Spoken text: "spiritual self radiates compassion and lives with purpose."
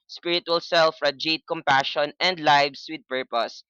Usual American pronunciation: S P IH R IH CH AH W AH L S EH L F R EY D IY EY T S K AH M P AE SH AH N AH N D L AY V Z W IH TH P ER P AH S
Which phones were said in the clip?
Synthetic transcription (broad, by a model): S P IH R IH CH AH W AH L S EH L F R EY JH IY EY T K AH M P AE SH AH N AH N D L AY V S W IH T P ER P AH S